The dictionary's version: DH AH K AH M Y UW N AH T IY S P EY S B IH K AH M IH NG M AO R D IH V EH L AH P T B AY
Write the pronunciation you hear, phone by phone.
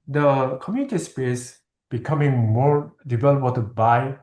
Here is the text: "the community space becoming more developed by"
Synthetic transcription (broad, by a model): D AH K AH M Y UW N AH T IY S P EY S B IH K AH M IH NG M AO R D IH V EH L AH T B AY